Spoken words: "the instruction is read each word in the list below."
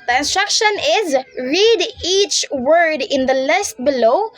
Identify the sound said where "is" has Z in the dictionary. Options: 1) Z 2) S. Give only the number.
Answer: 1